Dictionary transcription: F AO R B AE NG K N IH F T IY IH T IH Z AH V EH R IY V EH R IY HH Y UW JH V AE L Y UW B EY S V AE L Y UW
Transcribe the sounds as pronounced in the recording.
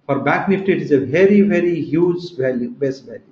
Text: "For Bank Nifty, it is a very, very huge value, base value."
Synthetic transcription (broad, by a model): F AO R B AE K N IH F T IY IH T IH Z AH V EH R IY V EH R IY HH Y UW JH V AE L Y UW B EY S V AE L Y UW